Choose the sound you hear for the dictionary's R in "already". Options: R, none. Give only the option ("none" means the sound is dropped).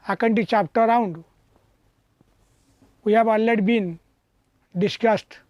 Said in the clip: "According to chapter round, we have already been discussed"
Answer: none